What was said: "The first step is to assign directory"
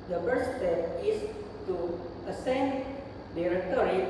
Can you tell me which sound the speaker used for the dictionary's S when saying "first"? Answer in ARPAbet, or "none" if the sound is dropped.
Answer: none